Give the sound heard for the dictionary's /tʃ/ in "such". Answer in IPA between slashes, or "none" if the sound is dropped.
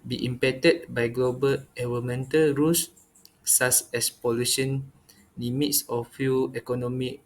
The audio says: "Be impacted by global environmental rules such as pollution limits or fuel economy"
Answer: /s/